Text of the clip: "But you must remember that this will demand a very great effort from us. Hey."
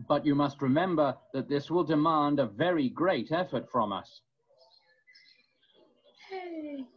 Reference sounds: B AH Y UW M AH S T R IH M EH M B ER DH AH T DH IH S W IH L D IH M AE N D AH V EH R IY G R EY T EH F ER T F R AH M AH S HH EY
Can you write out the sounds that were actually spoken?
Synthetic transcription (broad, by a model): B AH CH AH M AH S T R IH M EH M B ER DH AH T DH IH S W IH L D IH M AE N D AH V EH R IY G R EY T EH F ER T F R AH M AH S